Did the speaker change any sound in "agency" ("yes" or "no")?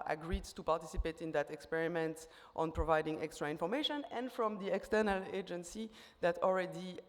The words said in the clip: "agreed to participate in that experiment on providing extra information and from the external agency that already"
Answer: no